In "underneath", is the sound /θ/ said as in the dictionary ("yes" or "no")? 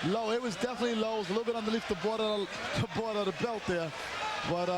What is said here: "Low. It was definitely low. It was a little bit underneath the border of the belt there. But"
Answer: no